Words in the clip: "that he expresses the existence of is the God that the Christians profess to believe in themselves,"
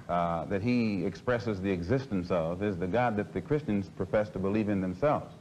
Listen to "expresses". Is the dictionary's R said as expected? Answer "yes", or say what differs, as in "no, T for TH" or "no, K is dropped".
yes